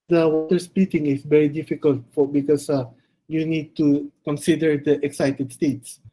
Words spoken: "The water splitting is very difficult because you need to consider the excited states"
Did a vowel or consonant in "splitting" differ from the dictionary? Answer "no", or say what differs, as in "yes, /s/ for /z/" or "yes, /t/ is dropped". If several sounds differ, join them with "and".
yes, /l/ is dropped